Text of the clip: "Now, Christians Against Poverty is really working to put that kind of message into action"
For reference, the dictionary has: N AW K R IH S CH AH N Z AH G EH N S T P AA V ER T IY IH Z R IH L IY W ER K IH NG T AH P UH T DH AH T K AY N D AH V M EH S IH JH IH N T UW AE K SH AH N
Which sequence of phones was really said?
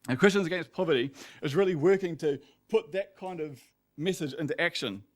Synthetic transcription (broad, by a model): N K R IH S CH AH N Z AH G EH N S P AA V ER T IY IH Z R IH L IY W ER K IH NG T AH P UH T DH AH T K AY N D AH V M EH S IH JH IH N T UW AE K SH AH N